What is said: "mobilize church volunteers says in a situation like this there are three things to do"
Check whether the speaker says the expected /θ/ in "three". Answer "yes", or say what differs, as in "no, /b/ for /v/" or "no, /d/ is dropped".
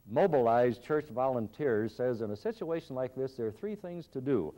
yes